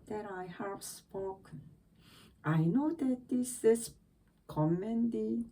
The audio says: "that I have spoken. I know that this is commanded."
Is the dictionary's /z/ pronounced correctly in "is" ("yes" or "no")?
no